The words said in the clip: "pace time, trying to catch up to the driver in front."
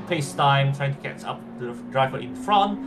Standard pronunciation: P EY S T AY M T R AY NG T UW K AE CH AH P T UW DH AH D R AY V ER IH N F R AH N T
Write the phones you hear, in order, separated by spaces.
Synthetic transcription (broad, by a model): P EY S T AY M T R AY NG T UW K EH S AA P T UW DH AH D R AY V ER IH N F R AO N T